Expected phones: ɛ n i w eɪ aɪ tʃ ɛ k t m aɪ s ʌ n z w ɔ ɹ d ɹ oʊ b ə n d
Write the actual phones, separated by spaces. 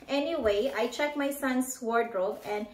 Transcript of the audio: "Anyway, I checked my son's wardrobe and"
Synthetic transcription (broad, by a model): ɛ n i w eɪ aɪ tʃ ɛ k m aɪ s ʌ n s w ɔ ɹ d ɹ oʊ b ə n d